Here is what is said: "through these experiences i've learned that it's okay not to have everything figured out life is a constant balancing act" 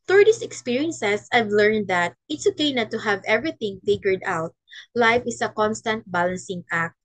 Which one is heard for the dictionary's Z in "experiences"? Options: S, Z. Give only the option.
S